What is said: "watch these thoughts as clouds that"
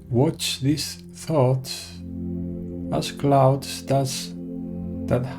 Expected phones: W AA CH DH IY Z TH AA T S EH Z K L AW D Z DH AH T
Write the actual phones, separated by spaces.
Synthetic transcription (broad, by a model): W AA CH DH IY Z TH AA T S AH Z K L AW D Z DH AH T